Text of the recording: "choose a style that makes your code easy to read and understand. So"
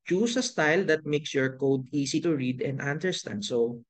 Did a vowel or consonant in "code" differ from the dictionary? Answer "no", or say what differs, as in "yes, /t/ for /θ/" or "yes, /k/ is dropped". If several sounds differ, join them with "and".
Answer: no